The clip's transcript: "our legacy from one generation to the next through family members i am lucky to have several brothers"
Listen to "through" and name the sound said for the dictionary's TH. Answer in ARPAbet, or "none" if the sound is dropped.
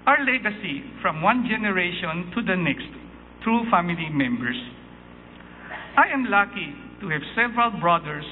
T